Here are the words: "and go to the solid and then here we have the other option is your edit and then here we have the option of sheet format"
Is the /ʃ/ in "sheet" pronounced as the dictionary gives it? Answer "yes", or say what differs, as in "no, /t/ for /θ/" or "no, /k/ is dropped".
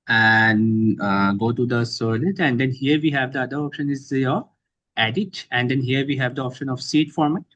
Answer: no, /s/ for /ʃ/